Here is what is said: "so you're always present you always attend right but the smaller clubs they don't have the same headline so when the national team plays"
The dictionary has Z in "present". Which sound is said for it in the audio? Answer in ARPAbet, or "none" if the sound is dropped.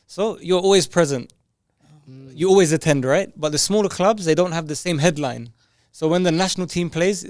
Z